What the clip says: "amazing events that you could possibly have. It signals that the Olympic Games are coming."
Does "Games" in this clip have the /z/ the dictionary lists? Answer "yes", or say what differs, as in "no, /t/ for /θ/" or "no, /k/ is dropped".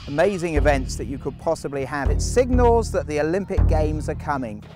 yes